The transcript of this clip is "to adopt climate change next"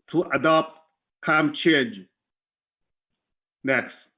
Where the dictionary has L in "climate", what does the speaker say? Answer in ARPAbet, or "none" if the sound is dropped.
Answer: none